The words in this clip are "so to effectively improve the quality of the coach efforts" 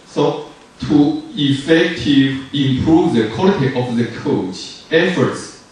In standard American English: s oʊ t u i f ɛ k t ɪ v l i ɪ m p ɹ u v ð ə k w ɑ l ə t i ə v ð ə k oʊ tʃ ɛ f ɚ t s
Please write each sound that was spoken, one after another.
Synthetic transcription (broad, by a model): s oʊ t u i f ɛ k t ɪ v i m p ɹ u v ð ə k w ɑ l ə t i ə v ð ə k oʊ tʃ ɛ f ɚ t s